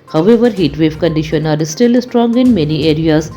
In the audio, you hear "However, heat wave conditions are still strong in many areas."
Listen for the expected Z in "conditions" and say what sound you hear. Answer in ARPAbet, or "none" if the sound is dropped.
none